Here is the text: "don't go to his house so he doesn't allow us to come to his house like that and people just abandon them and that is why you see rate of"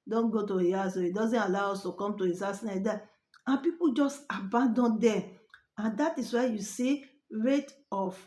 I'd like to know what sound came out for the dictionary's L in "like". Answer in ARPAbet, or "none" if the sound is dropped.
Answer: N